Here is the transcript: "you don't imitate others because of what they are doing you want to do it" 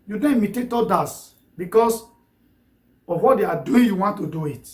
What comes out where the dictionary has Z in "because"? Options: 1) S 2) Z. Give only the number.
1